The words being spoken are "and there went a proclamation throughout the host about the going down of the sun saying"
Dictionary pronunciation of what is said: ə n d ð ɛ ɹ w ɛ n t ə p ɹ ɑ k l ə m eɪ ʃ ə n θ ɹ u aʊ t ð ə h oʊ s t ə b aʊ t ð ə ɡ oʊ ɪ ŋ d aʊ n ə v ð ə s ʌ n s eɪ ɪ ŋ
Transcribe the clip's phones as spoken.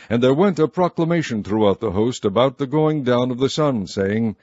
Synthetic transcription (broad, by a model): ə n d ð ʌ ɹ w ɛ n t ə p ɹ ɑ k l ə m eɪ ʃ ə n θ ɹ u aʊ t ð ə h oʊ s t ə b aʊ t ð ə ɡ oʊ ɪ ŋ d aʊ n ə v ð ə s ʌ n s eɪ ɪ ŋ